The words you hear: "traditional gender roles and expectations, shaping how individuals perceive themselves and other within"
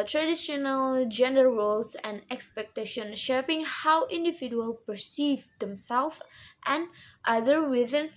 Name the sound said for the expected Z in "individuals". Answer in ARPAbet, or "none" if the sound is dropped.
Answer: none